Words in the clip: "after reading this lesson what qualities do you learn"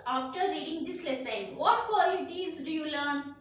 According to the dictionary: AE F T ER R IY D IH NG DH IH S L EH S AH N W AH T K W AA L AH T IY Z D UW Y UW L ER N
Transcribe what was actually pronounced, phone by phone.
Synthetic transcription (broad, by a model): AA F T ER R IY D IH NG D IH S L EH S AH N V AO T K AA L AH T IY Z D UW Y UW L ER N